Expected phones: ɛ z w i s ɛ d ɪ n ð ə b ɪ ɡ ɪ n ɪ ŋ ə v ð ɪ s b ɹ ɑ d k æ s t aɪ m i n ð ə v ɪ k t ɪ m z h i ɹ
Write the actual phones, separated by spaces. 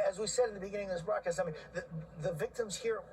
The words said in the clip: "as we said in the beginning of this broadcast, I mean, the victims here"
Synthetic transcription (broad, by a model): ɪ z w i s ɛ d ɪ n ð ə b ɪ ɡ ɪ n ɪ ŋ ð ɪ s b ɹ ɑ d k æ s aɪ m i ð ð ə v ɪ k t ɪ m z h i ɹ